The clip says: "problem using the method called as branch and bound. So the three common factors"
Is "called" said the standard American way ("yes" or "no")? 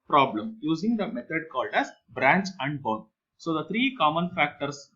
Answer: yes